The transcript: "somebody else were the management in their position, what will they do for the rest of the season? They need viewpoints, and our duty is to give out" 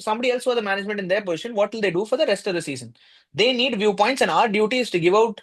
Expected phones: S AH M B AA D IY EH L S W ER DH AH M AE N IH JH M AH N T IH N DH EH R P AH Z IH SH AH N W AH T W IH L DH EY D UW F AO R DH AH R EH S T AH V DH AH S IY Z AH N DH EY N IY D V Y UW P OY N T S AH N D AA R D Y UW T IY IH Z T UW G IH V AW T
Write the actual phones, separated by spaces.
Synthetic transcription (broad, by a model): S AH M B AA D IY EH L S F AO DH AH M AE N IH JH M AH N T IH N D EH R P AH Z IH SH AH N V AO T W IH L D EY D UW F AO R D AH R EH S T AH V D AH S IY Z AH N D EY N IY D V Y UW P OY N T S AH N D AA R D Y UW T IY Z T UW G IH V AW T